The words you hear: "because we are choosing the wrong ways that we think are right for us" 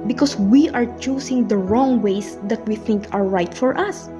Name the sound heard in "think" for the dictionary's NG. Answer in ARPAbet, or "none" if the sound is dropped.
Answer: NG